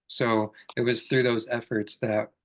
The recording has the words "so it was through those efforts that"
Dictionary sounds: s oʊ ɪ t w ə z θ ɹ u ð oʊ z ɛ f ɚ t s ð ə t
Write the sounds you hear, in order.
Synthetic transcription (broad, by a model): s oʊ ɪ t w ə z θ ɹ u ð oʊ z ɛ f ɚ t s ð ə t